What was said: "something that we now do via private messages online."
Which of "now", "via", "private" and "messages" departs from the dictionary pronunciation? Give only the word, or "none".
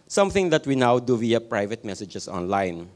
messages